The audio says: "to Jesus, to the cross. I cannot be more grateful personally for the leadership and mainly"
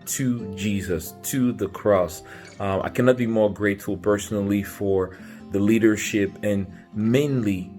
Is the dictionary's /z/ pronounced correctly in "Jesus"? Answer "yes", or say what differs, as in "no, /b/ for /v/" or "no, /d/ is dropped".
yes